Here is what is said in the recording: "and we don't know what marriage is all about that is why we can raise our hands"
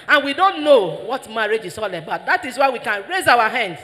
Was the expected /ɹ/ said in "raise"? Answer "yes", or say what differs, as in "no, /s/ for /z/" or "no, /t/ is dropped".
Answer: yes